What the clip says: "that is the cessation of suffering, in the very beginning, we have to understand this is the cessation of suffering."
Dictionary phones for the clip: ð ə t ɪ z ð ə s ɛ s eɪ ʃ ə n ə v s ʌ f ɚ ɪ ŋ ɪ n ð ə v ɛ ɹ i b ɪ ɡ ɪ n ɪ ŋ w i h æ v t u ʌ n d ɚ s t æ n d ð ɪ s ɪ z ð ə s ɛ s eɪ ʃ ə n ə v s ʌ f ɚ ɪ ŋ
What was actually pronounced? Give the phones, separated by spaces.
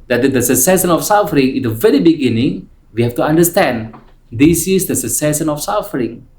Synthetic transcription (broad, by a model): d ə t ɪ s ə s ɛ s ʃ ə n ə f s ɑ f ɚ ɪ ŋ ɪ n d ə v ɛ ɹ i b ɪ ɡ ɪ n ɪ ŋ w i h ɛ f t u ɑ n d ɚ s t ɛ n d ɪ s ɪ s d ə s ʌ s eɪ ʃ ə n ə f s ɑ f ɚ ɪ ŋ